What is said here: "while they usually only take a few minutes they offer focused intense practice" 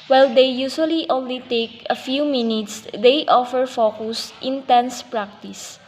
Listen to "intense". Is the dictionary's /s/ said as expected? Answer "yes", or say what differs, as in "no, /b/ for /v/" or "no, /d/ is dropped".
yes